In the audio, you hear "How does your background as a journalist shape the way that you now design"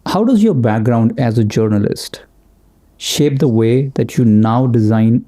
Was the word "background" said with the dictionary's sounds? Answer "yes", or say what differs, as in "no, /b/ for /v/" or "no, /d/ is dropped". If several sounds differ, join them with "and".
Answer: yes